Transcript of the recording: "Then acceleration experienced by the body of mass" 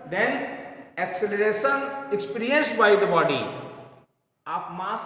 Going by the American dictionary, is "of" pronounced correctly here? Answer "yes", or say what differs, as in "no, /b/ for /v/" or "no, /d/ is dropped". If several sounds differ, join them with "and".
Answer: no, /p/ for /v/